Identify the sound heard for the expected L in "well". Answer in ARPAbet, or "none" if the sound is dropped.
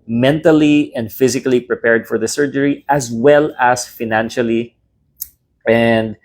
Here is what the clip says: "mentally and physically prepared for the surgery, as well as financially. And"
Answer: L